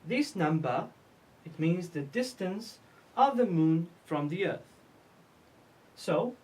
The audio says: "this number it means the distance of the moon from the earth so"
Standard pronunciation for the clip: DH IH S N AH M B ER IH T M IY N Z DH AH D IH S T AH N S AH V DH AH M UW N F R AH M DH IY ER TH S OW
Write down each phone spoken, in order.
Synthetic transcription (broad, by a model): DH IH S N AH M B ER IH T M IY N Z DH AH D IH S T AH N S AH V DH AH M UW N F R AH M DH IY ER TH S OW